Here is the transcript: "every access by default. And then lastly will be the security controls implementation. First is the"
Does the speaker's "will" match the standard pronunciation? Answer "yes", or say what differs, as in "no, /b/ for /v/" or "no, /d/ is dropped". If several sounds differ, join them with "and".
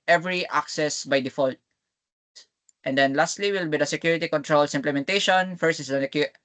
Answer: yes